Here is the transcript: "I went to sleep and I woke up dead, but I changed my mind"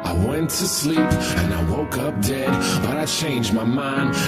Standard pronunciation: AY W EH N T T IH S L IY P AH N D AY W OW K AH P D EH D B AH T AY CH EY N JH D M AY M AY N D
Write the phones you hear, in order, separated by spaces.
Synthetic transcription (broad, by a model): AY W EH N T T IH S L IY P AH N AY W OW K AH P D EH D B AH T AY CH EY N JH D M AY M AY N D